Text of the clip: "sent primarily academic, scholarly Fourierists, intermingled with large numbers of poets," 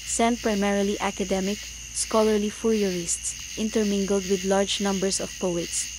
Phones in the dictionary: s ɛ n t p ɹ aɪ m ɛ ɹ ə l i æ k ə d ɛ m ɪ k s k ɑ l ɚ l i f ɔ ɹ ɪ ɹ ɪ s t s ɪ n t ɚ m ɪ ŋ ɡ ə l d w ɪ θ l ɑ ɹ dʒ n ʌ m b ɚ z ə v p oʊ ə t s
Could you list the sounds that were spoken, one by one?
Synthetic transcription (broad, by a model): s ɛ n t p ɹ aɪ m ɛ ɹ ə l i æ k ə d ɛ m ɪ k s k ɑ l ɚ l i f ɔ ɹ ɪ ɹ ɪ s t s ɪ n t ɚ m ɪ ŋ ɡ ə l d w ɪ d l ɑ ɹ dʒ n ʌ m b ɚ s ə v p oʊ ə t s